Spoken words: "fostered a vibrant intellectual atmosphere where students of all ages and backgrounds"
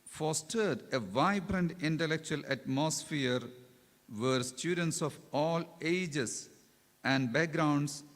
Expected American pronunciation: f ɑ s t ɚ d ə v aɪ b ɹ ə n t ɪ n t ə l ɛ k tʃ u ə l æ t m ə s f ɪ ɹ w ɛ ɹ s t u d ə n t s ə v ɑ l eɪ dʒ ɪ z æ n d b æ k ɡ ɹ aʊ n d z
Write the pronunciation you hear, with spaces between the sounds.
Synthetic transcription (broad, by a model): f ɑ s t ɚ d ə v aɪ b ɹ ə n t ɪ n t ə l ɛ k tʃ u ə l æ t m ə s f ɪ ɹ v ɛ ɹ s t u d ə n t s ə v ɑ l eɪ dʒ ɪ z æ n d b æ k ɡ ɹ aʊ n d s